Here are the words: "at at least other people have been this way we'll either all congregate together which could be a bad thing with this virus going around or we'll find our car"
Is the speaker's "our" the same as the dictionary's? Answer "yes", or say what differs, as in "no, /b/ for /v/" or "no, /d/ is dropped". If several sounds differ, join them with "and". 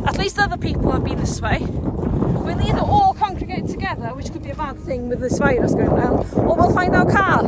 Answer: no, /w/ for /ɹ/